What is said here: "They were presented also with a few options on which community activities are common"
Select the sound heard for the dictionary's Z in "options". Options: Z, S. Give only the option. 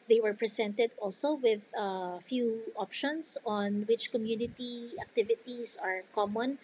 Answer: S